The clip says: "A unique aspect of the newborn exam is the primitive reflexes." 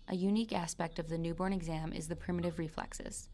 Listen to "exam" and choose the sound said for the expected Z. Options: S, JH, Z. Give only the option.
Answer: Z